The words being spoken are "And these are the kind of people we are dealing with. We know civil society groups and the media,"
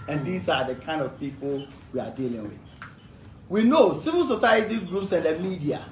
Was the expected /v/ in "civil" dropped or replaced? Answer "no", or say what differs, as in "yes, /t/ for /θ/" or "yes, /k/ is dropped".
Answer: no